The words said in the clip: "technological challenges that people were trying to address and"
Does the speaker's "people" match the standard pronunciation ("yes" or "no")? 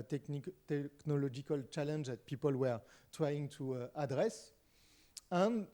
yes